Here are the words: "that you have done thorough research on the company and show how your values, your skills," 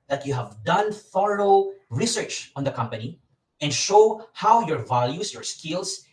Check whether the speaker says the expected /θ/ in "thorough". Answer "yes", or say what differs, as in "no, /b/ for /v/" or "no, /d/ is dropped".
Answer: no, /f/ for /θ/